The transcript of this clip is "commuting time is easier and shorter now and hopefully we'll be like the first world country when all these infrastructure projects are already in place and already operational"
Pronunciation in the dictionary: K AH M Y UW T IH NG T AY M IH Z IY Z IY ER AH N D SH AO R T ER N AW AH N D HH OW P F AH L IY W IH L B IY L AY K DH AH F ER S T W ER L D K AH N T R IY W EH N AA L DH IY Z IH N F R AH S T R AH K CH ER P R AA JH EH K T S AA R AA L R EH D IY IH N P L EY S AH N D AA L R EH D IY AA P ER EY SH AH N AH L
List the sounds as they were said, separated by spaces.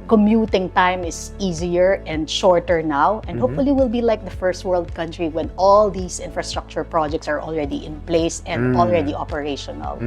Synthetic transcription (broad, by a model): K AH M Y UW T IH NG T AY M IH S IY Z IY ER AH N D SH AO R T ER N AW AH N D HH OW P F AH L IY W IH L B IY L AY K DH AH F ER S T W ER L D K AH N T R IY W EH N AA L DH IY S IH N F R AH S T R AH K CH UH P R AA JH EH K T S AA R AA L R EH D IY IH N P L EY S AH N D AA L R EH D IY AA P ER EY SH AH N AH L